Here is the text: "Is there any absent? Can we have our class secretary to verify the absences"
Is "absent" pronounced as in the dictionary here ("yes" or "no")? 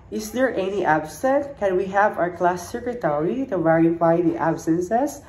no